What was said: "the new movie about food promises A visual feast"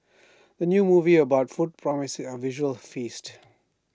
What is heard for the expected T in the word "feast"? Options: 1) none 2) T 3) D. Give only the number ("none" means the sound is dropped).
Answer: 2